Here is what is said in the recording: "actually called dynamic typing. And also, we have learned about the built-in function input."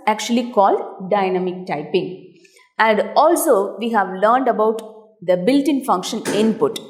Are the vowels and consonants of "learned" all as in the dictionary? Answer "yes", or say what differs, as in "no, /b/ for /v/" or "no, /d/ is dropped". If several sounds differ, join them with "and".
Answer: yes